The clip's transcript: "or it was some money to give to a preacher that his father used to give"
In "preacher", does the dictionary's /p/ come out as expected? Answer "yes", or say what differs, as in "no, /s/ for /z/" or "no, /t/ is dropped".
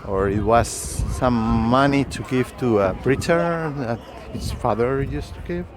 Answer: no, /b/ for /p/